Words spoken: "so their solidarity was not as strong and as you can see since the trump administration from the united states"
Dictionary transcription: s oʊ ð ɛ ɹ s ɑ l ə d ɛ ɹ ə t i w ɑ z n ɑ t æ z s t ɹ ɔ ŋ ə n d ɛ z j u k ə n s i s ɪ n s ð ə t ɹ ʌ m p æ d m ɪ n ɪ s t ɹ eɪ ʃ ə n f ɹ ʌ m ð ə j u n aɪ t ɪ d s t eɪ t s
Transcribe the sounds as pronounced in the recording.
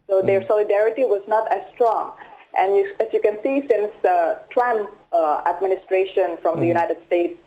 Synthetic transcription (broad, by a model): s oʊ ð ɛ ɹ s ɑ l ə d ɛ ɹ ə t i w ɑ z n ɑ t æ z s t ɹ ɔ ŋ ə n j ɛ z j u k ə n s i s ɪ n s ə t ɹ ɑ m æ d m ɪ n ɪ s t ɹ eɪ ʃ ə n f ɹ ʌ m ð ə j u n aɪ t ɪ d s t eɪ t s